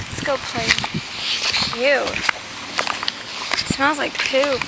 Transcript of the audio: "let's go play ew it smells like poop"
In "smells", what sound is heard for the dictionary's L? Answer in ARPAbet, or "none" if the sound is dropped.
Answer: none